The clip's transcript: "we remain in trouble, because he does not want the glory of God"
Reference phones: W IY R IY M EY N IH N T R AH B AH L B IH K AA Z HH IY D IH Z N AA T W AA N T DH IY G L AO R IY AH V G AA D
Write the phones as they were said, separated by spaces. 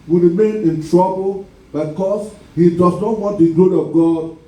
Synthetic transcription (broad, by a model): W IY R IY M EY N IH N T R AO B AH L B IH K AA S HH IY D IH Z N AA T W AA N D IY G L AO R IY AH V G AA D